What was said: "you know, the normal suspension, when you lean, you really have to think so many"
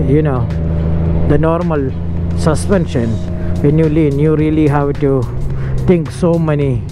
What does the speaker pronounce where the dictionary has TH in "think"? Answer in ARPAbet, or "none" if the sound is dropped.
T